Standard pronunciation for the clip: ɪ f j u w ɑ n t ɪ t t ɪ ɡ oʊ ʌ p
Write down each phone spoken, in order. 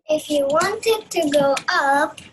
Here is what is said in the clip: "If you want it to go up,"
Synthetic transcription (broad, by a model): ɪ f j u w ɑ n t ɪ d t ɪ ɡ oʊ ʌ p